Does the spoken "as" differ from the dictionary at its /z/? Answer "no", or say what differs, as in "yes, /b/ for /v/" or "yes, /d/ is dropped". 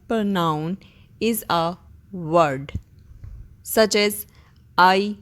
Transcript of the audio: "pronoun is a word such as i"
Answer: no